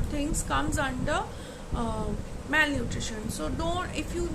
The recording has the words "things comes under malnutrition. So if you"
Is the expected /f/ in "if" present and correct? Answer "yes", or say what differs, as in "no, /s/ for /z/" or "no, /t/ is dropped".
yes